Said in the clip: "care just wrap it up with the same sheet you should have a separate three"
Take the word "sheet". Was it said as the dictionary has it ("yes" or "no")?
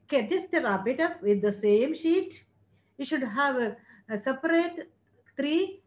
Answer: yes